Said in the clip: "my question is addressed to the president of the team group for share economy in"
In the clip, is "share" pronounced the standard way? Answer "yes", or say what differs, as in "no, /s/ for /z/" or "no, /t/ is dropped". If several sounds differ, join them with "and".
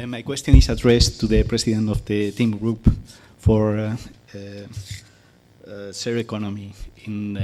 no, /s/ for /ʃ/